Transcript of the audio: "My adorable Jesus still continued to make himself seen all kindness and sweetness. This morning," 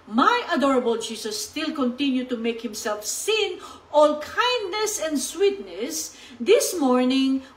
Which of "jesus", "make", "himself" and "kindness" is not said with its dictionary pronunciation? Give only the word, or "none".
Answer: jesus